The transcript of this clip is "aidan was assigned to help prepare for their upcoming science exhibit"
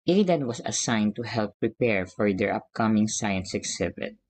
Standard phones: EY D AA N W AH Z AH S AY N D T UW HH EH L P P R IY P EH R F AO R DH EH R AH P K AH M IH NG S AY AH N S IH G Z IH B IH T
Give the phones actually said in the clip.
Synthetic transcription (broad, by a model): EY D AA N W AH S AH S AY N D T UW HH EH L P P R IY P EH R F AO R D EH R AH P K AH M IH NG S AY AH N S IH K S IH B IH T